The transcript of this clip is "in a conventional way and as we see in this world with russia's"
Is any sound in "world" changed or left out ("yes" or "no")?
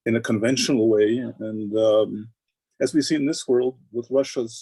no